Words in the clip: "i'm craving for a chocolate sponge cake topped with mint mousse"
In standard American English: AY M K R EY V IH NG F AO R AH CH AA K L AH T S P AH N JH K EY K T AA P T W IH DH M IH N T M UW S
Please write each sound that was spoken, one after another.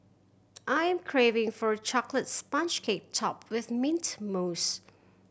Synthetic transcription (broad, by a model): AY M K R EY V IH NG F AO R AH CH AA K L AH T S P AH N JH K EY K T AA P W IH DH M IH N T M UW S